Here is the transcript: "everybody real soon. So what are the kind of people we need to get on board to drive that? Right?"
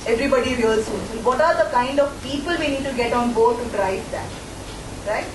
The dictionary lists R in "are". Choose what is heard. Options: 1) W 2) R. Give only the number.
2